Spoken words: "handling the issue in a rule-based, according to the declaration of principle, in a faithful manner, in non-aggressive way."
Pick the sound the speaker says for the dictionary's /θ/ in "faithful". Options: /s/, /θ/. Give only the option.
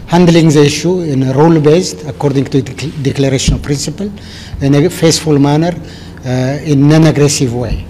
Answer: /s/